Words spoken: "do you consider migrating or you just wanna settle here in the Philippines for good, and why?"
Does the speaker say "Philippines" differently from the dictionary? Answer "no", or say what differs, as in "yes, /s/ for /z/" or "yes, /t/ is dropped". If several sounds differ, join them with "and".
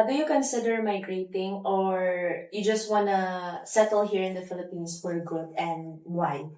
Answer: yes, /s/ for /z/